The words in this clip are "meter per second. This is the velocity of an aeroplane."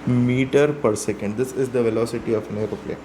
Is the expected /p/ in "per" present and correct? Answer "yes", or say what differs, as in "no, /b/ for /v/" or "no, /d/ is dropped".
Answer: yes